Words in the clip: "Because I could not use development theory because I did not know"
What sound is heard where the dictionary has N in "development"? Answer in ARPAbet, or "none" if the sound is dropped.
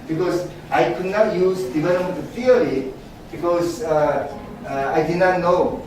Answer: none